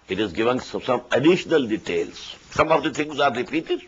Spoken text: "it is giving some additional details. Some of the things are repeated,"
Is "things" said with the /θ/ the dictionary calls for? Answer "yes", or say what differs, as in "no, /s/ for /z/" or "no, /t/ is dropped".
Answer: no, /t/ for /θ/